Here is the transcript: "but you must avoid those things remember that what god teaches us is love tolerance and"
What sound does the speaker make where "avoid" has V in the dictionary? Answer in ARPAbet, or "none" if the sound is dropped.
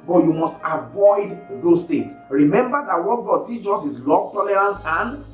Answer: V